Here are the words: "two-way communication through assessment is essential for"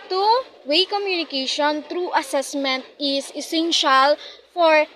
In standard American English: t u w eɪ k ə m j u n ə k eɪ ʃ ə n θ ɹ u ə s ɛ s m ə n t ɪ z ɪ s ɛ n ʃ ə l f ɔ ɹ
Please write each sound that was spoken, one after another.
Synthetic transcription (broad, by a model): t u w eɪ k ə m j u n ə k eɪ ʃ ə n t ɹ u ə s ɛ s m ə n t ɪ s ɪ s ɛ n ʃ ə l f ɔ ɹ